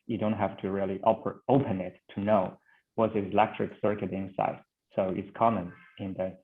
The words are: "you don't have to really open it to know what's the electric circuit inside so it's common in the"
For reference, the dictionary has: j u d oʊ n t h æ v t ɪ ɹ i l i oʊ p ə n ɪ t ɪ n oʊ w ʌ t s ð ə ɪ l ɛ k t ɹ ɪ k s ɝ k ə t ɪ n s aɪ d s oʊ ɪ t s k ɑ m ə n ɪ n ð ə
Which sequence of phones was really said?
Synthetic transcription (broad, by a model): j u d oʊ n t h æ f t ɪ ɹ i l i oʊ p ə n ɪ t ɪ n oʊ w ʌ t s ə ɪ l ɛ k t ɹ ɪ k s ɝ k ə t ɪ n s aɪ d s oʊ ɪ t s k ɑ m ə n ɪ n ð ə